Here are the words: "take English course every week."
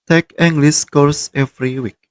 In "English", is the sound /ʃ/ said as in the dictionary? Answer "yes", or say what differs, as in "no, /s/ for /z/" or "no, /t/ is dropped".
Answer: no, /s/ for /ʃ/